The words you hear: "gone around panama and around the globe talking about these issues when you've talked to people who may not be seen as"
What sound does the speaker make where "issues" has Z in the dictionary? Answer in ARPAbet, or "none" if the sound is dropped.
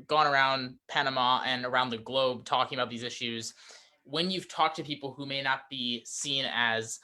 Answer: Z